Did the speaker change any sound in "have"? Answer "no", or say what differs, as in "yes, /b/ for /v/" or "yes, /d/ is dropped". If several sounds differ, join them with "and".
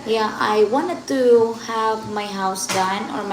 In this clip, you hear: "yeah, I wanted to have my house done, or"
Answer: no